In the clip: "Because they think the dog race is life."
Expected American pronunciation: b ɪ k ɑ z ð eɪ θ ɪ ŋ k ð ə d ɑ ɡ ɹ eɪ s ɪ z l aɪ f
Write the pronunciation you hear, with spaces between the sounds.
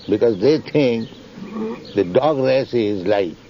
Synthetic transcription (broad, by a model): b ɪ k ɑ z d eɪ t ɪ ŋ k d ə d ɑ ɡ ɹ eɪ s ɪ z l aɪ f